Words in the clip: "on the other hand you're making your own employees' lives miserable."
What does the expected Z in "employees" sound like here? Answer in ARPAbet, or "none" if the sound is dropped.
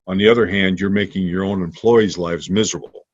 Z